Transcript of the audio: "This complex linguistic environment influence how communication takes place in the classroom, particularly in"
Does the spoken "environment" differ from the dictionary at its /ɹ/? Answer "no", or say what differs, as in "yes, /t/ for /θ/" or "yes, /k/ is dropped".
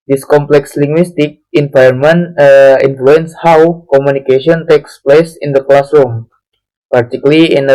yes, /ɹ/ is dropped